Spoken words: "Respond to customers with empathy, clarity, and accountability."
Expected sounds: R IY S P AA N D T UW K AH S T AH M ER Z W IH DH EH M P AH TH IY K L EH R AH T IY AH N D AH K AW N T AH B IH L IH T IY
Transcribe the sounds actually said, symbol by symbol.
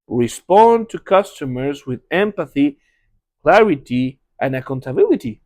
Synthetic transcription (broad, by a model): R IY S P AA N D T UW K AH S T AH M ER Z W IH DH EH M P AH TH IY K L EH R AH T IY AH N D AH K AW N T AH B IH L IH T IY